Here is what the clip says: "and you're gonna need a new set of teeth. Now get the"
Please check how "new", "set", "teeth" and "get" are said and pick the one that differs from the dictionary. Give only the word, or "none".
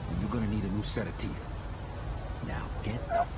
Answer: none